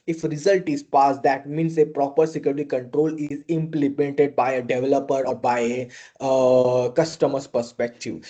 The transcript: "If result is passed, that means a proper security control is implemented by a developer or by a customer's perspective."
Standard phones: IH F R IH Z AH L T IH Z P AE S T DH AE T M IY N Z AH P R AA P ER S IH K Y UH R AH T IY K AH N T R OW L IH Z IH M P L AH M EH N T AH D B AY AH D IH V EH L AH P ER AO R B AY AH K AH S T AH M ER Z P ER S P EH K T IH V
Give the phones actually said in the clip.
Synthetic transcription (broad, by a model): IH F R IH Z AH L T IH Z P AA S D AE T M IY N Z AH P R AA P ER S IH K Y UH R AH T IY K AH N T R OW L IH Z IH M P L AH M EH N T AH D B AY AH D IH V EH L AH P ER AO R B AY AH K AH S T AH M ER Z P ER S P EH K T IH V